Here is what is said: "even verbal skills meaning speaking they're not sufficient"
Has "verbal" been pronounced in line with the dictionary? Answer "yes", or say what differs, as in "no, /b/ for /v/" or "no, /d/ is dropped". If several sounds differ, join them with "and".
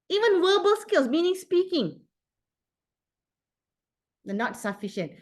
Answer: no, /w/ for /v/